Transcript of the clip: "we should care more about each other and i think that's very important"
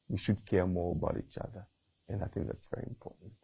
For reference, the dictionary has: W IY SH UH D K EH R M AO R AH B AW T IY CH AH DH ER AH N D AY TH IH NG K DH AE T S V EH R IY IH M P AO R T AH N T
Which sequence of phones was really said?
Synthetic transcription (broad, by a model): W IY SH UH D K EH R M AO R AH B AW T IY CH AH DH ER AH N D AY TH IH NG K DH AE T S V EH R IY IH M P AO R T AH N T